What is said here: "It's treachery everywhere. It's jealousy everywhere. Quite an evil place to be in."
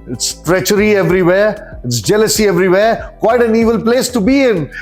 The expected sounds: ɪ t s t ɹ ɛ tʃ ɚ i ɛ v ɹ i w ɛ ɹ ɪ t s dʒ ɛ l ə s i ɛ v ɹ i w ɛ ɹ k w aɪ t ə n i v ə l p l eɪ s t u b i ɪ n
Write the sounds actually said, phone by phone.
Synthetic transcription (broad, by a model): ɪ t s t ɹ ɛ tʃ ɚ i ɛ v ɹ i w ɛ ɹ ɪ t s dʒ ɛ l ə s i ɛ v ɹ i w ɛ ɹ k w aɪ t ə n i v ə l p l eɪ s t u b i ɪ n